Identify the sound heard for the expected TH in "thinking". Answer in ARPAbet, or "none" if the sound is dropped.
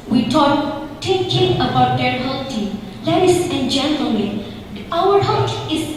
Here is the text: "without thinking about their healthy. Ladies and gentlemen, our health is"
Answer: T